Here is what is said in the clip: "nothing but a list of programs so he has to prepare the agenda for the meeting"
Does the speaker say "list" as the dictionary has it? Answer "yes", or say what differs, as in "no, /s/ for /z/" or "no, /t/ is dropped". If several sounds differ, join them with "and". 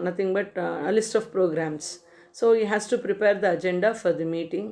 yes